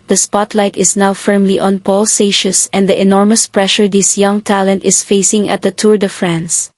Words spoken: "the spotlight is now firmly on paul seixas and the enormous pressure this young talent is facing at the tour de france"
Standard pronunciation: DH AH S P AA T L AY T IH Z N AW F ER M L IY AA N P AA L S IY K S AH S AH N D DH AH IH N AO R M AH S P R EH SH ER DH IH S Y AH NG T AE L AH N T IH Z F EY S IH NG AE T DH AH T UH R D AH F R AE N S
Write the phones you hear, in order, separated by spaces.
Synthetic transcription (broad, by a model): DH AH S P AA T L AY T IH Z N AW F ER M L IY AA N P AA L S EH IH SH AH S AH N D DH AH IH N AO R M AH S P R EH SH ER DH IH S Y AH NG T AE L AH N T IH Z F EY S IH NG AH T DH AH T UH R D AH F R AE N S